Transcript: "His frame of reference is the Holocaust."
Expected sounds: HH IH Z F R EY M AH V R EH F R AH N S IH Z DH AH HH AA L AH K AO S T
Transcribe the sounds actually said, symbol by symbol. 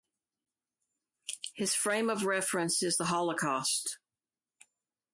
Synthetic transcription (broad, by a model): HH IH Z F R EY M AH V R EH F R AH N S IH Z DH AH HH AA L AH K AO S T